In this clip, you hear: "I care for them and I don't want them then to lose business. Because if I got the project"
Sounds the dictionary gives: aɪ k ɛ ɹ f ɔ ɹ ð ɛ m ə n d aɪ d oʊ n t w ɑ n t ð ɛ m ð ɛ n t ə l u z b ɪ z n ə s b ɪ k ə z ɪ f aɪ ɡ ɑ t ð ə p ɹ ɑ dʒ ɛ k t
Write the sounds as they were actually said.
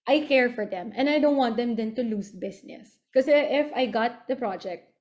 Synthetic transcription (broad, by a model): aɪ k ɛ ɹ f ɔ ɹ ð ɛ m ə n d aɪ d oʊ n t w ɑ n t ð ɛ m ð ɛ n t ə l u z b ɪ s n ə s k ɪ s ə ɪ f aɪ ɡ ɑ t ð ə p ɹ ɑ dʒ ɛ k t